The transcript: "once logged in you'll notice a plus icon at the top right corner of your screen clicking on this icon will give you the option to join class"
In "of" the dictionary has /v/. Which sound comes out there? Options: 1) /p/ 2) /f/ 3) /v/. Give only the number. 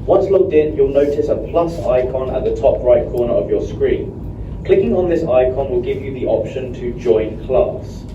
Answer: 3